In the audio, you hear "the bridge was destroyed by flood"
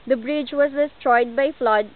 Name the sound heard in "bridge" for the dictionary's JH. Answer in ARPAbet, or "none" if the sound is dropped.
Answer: JH